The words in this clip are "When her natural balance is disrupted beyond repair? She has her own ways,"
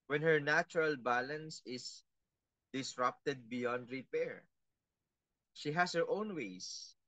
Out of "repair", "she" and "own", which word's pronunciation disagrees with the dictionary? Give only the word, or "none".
none